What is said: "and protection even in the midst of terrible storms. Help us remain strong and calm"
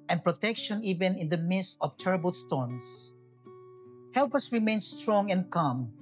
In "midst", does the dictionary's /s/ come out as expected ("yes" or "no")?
yes